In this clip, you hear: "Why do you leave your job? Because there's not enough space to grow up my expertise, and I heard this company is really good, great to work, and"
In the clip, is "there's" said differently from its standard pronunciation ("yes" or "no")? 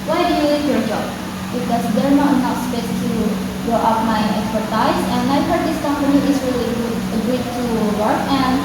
yes